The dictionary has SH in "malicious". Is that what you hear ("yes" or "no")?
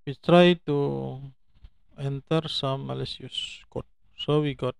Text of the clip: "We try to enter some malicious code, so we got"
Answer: no